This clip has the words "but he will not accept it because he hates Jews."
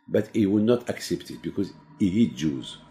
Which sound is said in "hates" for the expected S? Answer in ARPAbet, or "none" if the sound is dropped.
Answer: none